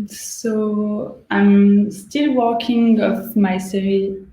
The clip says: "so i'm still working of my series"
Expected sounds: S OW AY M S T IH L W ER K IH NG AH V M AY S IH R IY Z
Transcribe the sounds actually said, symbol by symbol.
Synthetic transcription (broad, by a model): S OW AY M S T IH L W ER K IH NG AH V M AY S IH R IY